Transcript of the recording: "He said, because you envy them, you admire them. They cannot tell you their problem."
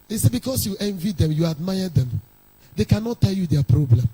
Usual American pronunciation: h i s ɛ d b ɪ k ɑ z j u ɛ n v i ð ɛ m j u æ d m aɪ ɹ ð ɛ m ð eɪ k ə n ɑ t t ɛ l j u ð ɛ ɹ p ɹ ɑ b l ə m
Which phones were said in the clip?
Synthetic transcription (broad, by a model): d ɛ s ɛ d b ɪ k ɑ s j u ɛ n v i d ɛ m j u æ d m aɪ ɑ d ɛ m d eɪ k ə n ɑ t t ɛ l j u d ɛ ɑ p ɹ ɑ b l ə m